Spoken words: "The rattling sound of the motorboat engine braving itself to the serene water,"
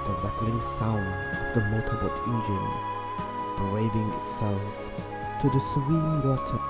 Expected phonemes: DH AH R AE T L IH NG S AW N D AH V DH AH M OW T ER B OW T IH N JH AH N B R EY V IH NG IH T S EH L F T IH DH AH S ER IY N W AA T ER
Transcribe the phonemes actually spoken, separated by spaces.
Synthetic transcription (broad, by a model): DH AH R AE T L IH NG S AW N D AH V DH AH M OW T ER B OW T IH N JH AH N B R EY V IH NG IH T S EH L F T IH DH AH S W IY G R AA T